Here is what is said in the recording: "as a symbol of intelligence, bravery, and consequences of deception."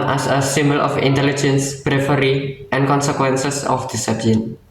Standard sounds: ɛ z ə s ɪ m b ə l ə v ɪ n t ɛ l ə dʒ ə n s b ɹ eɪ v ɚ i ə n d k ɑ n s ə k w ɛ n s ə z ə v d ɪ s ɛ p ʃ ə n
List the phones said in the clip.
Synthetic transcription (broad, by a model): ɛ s ə s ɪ m b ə l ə f ɪ n t ɛ l ə dʒ ə n s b ɹ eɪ f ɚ i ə n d k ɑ n s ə k w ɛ n s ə s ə f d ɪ s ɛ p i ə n